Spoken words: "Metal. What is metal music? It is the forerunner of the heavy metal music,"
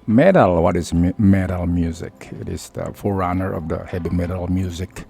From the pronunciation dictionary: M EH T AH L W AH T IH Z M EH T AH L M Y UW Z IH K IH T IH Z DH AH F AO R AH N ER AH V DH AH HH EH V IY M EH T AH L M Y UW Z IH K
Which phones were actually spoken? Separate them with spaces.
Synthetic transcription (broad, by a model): M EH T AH L W AH T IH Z M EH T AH L M Y UW Z IH K IH T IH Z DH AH F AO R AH N ER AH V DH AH HH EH B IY M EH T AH L M Y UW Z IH K